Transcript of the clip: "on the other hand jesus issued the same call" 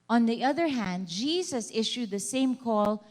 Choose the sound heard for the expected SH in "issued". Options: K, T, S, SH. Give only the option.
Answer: SH